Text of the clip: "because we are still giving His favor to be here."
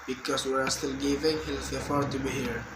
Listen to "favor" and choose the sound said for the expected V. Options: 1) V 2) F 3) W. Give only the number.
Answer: 2